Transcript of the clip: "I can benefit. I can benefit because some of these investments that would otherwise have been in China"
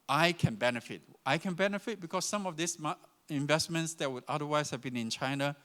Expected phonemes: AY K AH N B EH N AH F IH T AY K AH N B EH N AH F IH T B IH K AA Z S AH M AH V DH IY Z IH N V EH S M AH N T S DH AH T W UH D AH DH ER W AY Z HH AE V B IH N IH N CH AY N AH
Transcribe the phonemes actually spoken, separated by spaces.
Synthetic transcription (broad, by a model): AY K AH N B EH N AH F IH T AY K AH N B EH N AH F IH T B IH K AA S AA M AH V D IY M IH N V EH S M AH N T S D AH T W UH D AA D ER W AY S HH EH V B IH N IH N CH AY N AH